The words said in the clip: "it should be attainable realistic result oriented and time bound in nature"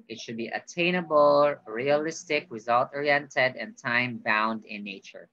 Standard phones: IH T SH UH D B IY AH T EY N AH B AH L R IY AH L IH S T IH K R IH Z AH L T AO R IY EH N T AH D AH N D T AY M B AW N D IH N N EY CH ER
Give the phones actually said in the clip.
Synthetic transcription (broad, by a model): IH T SH UH D B IY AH T EY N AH B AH L R IY AH L IH S T IH K R IH Z AH L T AO R IY EH N T AH D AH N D T AY M B AW N D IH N N EY CH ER